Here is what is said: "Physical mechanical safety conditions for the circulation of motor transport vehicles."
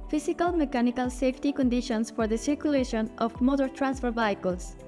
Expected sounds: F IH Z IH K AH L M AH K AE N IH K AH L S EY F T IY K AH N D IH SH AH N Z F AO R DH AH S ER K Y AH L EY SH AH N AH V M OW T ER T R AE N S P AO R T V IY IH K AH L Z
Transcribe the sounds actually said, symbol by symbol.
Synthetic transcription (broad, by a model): F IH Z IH K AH L M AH K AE N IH K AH L S EY F T IY K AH N D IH SH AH N S F AO R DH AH S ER K Y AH L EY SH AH N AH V M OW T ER T R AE N S F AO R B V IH K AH L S